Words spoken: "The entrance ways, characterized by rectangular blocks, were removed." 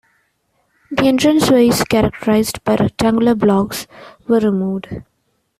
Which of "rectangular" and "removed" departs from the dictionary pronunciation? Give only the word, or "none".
rectangular